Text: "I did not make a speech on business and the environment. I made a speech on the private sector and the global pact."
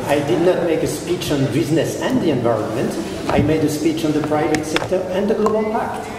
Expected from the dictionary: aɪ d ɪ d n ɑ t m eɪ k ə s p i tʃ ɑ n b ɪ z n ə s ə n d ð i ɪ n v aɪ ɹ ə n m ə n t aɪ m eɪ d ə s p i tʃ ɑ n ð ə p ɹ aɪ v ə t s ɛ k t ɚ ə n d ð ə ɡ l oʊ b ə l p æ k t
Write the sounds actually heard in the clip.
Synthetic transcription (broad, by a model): aɪ d ɪ d n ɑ t m eɪ k ə s p i tʃ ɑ n b ɪ z n ə s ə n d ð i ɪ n v aɪ ɹ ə n m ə n t aɪ m eɪ d ə s p i tʃ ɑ n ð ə p ɹ aɪ v ə t s ɛ k t ɚ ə n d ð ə ɡ l oʊ b ə l p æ k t